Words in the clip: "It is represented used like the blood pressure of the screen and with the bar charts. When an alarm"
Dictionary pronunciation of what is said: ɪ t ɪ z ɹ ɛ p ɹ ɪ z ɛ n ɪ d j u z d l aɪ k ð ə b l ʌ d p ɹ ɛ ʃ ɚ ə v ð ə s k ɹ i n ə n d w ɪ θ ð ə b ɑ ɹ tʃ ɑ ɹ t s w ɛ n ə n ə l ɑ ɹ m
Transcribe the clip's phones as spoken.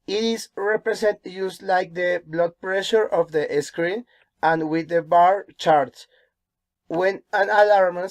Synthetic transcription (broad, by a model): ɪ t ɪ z ɹ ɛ p ɹ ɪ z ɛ n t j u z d l aɪ k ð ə b l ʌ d p ɹ ɛ ʃ ɚ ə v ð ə s k ɹ i n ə n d w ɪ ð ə b ɑ ɹ tʃ ɑ ɹ t s w ɛ n ə n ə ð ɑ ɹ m